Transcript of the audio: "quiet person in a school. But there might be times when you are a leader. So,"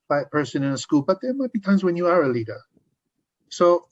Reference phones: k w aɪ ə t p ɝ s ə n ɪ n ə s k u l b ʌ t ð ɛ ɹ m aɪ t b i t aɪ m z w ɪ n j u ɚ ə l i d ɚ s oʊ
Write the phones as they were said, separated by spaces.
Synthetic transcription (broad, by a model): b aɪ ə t p ɝ s ə n ɪ n ə s k u l b ʌ t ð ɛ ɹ m aɪ t b i t aɪ m z w ɪ n j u ɚ ə l i d ɚ s oʊ